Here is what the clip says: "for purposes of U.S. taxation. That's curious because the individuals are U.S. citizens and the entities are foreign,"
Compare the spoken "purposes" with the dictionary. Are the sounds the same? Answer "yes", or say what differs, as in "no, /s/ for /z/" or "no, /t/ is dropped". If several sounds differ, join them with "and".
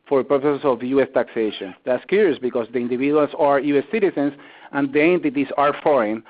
no, /s/ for /z/